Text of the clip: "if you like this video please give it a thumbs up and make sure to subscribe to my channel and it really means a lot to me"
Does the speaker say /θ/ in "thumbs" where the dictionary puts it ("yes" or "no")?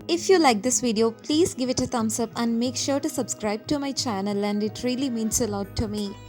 no